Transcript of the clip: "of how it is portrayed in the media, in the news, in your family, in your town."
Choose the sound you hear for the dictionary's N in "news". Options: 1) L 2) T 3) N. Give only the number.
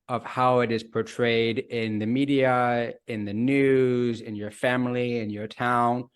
3